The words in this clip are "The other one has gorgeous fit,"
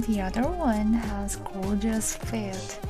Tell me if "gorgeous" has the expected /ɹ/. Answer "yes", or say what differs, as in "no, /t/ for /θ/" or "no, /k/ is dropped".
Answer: no, /l/ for /ɹ/